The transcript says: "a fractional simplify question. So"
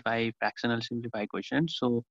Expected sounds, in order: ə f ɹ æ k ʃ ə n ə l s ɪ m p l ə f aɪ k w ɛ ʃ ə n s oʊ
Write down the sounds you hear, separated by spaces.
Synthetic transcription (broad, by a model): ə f ɹ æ k s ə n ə l s ɪ m p l ə f aɪ k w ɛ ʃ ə n s oʊ